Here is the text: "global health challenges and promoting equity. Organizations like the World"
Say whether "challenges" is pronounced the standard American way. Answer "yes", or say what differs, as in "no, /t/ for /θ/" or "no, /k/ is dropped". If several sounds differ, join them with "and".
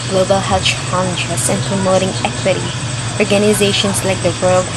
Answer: no, /s/ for /z/